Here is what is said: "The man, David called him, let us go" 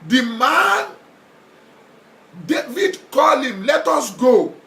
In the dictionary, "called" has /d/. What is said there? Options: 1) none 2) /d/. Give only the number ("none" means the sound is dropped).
1